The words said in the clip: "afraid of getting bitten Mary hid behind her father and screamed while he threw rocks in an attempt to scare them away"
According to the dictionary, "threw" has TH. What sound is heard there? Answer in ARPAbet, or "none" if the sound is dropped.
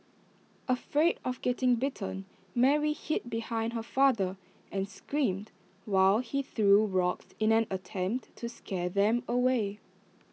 TH